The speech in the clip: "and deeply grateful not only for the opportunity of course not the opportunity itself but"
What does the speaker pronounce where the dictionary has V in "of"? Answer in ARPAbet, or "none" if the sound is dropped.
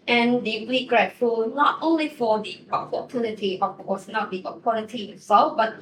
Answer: B